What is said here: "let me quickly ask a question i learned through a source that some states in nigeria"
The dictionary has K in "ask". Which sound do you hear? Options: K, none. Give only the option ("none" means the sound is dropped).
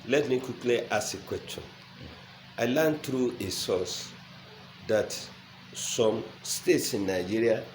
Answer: none